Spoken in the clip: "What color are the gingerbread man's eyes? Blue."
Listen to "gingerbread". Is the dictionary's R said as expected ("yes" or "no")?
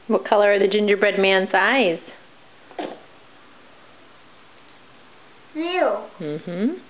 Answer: yes